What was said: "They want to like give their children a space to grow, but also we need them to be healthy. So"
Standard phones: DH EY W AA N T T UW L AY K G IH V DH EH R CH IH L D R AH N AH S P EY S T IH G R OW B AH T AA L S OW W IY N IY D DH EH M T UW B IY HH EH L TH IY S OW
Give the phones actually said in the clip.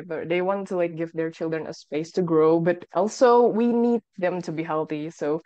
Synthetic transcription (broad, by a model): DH EY W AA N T T UW L AY K G IH V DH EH R CH IH L D R AH N AH S P EY S T IH G R OW B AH T AA L S OW W IY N IY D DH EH M T UW B IY HH EH L TH IY S OW